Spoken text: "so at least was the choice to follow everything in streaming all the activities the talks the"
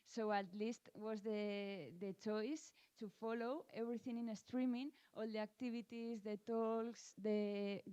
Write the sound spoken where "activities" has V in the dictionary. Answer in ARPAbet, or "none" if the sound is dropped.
B